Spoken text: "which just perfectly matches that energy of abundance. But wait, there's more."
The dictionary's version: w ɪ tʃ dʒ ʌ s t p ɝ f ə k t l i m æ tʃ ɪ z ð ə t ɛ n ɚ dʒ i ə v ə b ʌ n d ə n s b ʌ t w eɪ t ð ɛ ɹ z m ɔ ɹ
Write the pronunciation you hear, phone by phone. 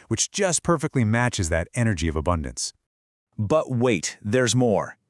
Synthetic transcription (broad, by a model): w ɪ tʃ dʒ ʌ s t p ɝ f ə k t l i m æ tʃ ɪ z ð ə t ɛ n ɚ dʒ i ə v ə b ʌ n d ə n s b ʌ t w eɪ t ð ɛ ɹ z m ɔ ɹ